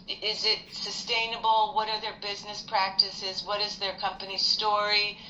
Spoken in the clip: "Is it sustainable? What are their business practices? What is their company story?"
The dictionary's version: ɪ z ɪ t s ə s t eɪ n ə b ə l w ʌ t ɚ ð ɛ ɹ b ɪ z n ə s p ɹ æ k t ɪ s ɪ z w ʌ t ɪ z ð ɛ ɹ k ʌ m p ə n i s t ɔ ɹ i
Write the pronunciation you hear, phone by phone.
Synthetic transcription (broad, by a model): ɪ z ɪ t s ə s t eɪ n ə b l w ʌ t ɚ ð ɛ ɹ b ɪ z n ə s p ɹ æ k t ɪ s ɪ z w ʌ t ɪ z ð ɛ ɹ k ʌ m p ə n i s t ɔ ɹ i